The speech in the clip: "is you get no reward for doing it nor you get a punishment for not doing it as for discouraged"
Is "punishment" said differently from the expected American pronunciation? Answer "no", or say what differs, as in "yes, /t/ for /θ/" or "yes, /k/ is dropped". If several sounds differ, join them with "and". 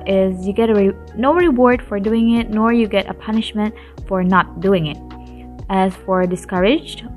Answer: no